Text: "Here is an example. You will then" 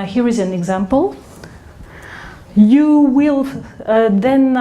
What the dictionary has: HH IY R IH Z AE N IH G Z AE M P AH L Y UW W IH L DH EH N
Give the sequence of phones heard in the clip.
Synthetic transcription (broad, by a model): HH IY R IH Z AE N IH G Z AE M P AH L Y UW W IH L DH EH N